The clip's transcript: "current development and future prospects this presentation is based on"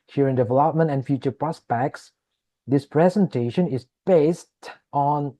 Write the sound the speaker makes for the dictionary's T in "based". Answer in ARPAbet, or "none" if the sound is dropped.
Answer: T